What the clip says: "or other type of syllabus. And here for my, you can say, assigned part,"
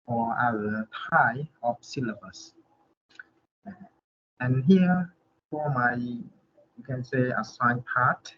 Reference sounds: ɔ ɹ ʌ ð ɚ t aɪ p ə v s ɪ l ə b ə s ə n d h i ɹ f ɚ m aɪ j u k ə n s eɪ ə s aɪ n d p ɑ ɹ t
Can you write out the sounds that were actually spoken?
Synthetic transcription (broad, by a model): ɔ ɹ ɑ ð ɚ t aɪ ə f s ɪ l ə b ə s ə n h i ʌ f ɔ m aɪ j u k ə n s eɪ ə s aɪ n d p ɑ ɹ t